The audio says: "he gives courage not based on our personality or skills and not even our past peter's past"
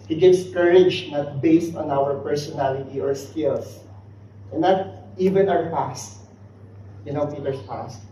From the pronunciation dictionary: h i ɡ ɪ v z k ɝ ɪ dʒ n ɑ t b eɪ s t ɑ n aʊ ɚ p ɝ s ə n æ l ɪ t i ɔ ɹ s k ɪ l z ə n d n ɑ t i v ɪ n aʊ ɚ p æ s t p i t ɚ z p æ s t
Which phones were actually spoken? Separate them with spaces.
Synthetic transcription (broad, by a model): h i ɡ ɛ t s k ɝ ɪ dʒ n ɑ t b eɪ s t ɑ n aʊ ɚ p ɝ s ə n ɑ l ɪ t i ɔ ɹ s k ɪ l s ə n n ɑ t i v ɪ n aʊ ɚ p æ s t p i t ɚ s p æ s t